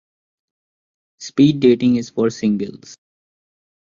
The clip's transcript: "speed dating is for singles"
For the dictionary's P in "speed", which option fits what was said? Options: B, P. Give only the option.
P